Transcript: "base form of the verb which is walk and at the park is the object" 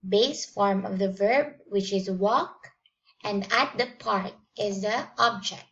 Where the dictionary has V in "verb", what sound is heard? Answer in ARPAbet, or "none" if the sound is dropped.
V